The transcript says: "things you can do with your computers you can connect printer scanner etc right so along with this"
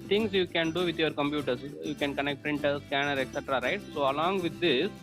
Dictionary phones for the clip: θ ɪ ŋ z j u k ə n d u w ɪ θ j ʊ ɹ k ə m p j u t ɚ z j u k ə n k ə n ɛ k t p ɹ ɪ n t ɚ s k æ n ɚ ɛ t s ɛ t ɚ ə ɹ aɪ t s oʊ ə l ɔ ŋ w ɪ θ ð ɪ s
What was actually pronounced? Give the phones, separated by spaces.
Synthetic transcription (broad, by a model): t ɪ ŋ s j u k ə n d u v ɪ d j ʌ ɹ k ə m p j u t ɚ s j u k ə n k ə n ɛ k t p ɹ ɪ n t ɚ s k æ n ɚ ɛ t s ɛ t ɚ ə ɹ aɪ t s oʊ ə l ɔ ŋ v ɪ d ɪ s